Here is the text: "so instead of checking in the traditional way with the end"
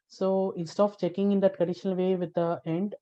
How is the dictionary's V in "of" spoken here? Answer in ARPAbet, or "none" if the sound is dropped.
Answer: P